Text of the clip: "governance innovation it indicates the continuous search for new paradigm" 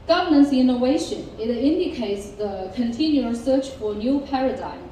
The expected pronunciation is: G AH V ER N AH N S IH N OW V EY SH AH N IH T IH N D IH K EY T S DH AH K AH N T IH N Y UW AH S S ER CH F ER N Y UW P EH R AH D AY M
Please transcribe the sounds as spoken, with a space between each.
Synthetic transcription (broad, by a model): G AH V ER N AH N S IH N OW V EY SH AH N IH T IH N D IH K EY T S DH AH K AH N T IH N Y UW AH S S ER CH F ER N Y UW P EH R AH D AY M